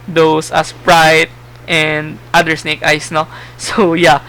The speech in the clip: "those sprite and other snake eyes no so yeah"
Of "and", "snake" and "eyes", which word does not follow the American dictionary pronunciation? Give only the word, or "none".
eyes